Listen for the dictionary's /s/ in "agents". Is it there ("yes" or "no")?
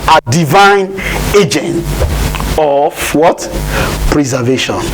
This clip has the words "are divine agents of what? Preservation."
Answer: no